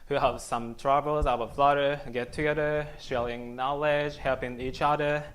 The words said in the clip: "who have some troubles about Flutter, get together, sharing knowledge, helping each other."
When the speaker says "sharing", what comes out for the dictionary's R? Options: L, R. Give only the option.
L